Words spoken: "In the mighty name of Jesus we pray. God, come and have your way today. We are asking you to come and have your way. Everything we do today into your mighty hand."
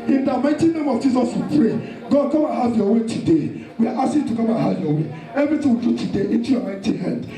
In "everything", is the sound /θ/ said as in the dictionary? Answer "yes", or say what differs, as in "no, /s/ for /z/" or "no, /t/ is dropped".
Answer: no, /t/ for /θ/